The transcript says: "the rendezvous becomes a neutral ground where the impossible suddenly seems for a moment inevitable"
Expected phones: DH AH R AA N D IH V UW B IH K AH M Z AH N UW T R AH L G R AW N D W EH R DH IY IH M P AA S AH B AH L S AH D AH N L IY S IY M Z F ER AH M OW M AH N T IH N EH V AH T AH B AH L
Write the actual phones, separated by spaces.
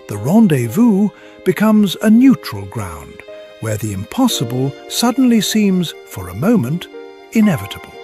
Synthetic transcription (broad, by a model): DH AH R AA N D IH V UW B IH K AH M Z AH N UW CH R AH L G R AW N D W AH R DH IY IH M P AA S AH B AH L S AH D N L IY S IY M Z F ER AH M OW M AH N T IH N EH V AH T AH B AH L